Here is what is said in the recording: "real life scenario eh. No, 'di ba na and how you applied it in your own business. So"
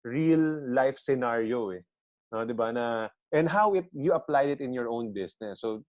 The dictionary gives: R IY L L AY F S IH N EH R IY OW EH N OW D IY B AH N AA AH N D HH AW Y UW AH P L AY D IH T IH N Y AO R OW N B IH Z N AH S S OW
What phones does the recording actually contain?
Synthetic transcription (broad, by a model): R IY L L AY F S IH N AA R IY OW EH N OW D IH B AH N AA AH N D HH AW Y UW AH P L AY D IH T IH N Y AO R OW N B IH S N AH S S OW